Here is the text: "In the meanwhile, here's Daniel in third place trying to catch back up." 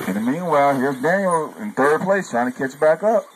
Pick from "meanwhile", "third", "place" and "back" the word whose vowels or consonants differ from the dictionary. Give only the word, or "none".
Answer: none